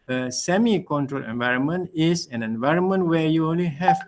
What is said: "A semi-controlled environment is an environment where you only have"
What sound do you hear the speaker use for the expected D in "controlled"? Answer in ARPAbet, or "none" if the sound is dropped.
none